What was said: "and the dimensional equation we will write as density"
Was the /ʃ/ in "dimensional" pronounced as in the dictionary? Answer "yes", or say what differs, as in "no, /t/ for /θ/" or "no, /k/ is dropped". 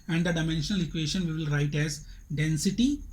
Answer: yes